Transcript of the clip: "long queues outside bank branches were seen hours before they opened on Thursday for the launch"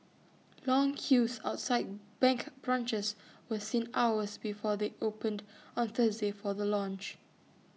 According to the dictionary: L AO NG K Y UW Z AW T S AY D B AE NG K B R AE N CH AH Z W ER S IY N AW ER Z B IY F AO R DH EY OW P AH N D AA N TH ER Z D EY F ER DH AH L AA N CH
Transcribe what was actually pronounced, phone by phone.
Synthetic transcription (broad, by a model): L AO NG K Y UW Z AW T S AY D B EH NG K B R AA N CH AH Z W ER S IY N AW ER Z B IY F AO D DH EY OW P AH N D AA N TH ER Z D EY F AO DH AH L AA N CH